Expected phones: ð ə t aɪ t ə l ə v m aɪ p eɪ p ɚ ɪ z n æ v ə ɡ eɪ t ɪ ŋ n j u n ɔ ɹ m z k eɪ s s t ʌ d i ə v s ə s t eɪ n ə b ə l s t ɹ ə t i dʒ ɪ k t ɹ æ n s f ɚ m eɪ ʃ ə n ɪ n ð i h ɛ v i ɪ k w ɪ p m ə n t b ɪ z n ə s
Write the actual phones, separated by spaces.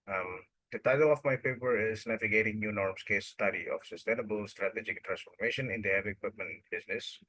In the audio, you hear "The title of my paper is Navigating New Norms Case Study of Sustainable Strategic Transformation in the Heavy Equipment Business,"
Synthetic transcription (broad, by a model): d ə t aɪ t ə l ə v m aɪ p eɪ p ɚ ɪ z n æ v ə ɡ eɪ t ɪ ŋ n j u n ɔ ɹ m s k eɪ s s t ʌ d i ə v s ə s t eɪ n ə b ə l s t ɹ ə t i dʒ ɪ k t ɹ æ n s f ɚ m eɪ ʃ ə n ɪ n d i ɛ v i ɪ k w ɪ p m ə n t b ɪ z n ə s